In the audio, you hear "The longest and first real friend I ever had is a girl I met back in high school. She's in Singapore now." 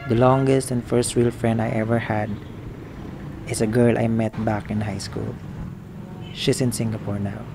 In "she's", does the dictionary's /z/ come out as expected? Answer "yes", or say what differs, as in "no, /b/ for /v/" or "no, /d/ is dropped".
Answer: no, /s/ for /z/